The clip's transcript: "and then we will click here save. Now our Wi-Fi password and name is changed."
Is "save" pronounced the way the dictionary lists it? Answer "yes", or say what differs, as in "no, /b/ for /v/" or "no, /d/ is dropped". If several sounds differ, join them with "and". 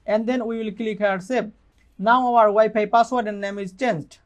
no, /b/ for /v/